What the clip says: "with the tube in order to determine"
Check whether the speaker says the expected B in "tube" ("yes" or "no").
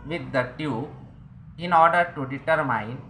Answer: no